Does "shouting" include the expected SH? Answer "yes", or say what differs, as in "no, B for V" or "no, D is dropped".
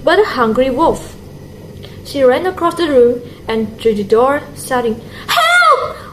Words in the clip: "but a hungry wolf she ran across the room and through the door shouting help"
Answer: no, S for SH